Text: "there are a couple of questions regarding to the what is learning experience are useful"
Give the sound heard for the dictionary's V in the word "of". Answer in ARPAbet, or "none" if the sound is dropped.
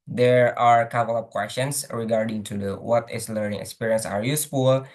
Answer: P